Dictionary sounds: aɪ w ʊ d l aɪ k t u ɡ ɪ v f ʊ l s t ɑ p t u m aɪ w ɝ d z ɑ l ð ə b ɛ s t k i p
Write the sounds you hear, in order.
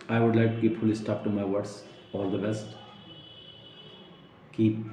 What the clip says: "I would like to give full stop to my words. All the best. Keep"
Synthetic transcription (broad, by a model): aɪ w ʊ d l aɪ k t u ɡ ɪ p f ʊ l s t ɑ p t u m aɪ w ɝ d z ɑ l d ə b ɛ s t k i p